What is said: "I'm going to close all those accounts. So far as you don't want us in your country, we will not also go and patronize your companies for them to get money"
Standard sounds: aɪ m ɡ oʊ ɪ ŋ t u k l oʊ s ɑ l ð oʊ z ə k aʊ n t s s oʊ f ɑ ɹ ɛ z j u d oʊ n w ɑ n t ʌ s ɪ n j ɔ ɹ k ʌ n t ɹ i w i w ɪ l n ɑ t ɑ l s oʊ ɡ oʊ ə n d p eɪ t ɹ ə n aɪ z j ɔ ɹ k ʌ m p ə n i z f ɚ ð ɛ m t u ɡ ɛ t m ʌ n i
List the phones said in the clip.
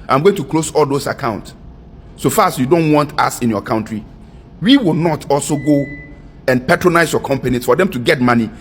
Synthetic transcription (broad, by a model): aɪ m ɡ oʊ ɪ ŋ t u k l oʊ s ɑ l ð oʊ s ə k aʊ n t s s oʊ f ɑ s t j u d oʊ n w ɑ n t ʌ s ɪ n j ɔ k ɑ n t ɹ i w i w ɪ l n ɑ t ɑ l s oʊ ɡ oʊ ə n p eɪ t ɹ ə n aɪ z j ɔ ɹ k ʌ m p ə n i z f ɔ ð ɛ m t u ɡ ɛ t m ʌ n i